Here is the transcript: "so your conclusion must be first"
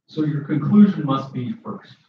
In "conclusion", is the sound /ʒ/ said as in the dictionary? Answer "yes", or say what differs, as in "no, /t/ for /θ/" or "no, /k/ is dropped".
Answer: yes